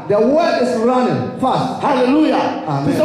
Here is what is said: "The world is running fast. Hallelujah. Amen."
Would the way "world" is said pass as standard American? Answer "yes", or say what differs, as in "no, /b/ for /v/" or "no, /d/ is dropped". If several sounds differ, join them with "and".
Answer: no, /l/ is dropped